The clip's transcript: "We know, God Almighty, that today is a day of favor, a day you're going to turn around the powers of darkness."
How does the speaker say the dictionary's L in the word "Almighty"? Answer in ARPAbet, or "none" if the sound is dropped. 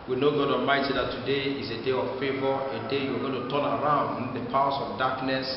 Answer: none